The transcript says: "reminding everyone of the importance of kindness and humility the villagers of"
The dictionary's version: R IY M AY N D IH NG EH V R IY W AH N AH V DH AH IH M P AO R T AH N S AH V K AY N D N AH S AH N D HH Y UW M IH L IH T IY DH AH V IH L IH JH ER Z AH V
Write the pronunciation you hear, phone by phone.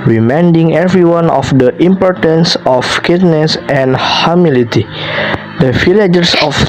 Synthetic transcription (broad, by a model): R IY M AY N D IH NG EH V R IY W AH N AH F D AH IH M P AO R T AH N S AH F K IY D N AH S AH N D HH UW M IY L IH T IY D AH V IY L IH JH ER S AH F